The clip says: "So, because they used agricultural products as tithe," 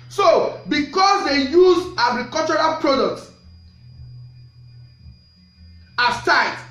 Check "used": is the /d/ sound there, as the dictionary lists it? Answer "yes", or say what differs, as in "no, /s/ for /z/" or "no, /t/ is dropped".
no, /d/ is dropped